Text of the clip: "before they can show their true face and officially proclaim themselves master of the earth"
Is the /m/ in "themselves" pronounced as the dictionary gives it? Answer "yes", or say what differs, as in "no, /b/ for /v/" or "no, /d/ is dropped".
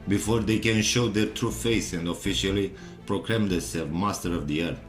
no, /m/ is dropped